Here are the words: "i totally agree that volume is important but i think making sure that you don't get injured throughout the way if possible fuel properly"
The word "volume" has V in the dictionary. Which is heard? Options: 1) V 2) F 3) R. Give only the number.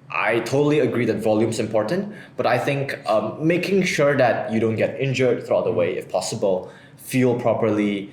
1